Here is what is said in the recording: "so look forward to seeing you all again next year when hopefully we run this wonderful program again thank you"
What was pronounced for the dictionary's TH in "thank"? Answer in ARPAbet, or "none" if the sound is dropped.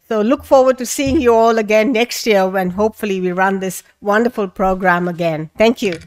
T